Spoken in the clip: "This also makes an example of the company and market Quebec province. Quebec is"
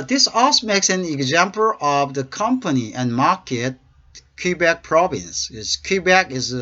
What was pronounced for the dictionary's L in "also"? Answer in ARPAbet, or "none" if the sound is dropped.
none